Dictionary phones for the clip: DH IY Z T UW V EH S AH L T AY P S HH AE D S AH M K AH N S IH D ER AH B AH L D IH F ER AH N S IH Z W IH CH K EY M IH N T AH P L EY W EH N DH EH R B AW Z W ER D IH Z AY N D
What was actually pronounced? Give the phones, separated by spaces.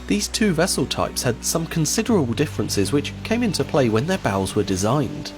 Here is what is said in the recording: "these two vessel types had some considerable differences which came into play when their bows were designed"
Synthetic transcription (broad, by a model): DH IY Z T UW V EH S AH L T AY P S HH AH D S AH M K AH N S IH D ER AH B AH L D IH F ER AH N S IH Z W IH CH K EY M IH N T AH P L EY W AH N DH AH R B AW Z W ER D IH Z AY N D